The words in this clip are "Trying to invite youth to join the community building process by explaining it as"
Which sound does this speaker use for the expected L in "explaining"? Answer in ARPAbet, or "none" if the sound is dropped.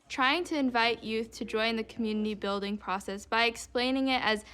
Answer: L